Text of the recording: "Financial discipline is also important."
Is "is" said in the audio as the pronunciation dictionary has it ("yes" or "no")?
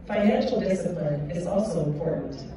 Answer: yes